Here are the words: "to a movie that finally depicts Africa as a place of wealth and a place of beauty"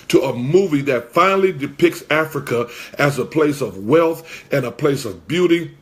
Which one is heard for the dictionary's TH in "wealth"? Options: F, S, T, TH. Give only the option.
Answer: TH